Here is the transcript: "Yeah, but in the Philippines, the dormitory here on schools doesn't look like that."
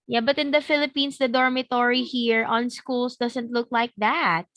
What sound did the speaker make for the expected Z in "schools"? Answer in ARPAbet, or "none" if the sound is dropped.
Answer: S